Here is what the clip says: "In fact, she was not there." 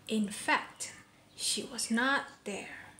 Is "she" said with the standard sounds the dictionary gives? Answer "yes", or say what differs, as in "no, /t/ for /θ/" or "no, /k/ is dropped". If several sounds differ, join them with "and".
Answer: yes